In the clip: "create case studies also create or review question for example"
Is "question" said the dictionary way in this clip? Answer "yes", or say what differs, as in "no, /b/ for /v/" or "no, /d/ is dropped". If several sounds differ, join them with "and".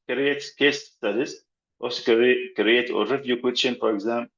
no, /s/ is dropped